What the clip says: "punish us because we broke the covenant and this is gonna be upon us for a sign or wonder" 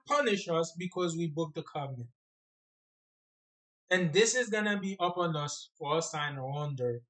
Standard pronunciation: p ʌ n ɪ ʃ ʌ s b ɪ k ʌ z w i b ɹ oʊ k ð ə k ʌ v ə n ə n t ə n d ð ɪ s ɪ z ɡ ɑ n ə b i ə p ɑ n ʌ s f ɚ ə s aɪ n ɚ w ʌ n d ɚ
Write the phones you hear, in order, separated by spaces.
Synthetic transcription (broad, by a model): p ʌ n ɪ ʃ ʌ s b ɪ k ʌ z w i b ʊ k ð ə k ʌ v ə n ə n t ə n ð ɪ s ɪ z ɡ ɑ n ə b i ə p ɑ n ʌ s f ɚ ə s aɪ n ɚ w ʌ n d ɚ